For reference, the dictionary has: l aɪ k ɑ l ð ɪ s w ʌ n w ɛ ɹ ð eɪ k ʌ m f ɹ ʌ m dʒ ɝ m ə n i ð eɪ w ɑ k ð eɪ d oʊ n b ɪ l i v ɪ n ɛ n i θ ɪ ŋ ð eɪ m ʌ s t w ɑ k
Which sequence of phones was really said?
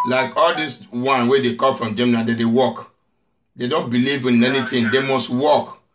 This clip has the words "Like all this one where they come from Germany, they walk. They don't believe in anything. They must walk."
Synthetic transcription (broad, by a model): l aɪ k ɑ l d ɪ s w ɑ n w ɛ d eɪ k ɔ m f ɹ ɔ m dʒ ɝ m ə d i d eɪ w ɑ k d eɪ d oʊ n b ɪ l i v ɪ n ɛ n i t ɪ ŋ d eɪ m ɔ s t w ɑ k